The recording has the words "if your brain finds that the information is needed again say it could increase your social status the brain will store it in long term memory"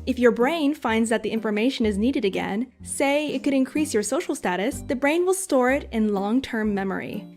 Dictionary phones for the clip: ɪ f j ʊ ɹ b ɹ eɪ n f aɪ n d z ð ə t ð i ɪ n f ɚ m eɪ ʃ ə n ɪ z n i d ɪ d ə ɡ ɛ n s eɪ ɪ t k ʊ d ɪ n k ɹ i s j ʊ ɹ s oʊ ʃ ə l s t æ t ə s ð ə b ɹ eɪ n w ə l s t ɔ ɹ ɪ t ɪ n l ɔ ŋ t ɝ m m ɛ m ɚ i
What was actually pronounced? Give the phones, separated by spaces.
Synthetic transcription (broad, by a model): ɪ f j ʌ ɹ b ɹ eɪ n f aɪ n d z ð ə t ð i ɪ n f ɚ m eɪ ʃ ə n ɪ z n i d ɪ d ə ɡ ɛ n s eɪ ɪ t k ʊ d ɪ n k ɹ i s j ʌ ɹ s oʊ ʃ l s t æ t ə s ð ə b ɹ eɪ n w ə l s t ɔ ɹ ɪ t ɪ n l ɔ ŋ t ɝ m m ɛ m ɚ i